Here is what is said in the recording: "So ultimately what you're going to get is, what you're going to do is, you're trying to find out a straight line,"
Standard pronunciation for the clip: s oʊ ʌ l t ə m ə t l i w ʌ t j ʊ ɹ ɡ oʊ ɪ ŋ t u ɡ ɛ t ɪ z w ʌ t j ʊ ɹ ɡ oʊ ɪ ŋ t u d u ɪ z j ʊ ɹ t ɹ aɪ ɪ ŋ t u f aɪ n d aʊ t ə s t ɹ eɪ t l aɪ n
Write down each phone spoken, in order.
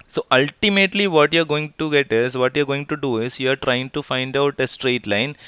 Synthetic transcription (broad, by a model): s oʊ ʌ l t ə m ə t l i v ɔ t j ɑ ɹ ɡ oʊ ɪ ŋ t u ɡ ɛ t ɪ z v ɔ t j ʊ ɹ ɡ oʊ ɪ ŋ t u d u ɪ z j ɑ ɹ t ɹ aɪ ɪ ŋ t u f aɪ n d aʊ t ə s t ɹ eɪ t l aɪ n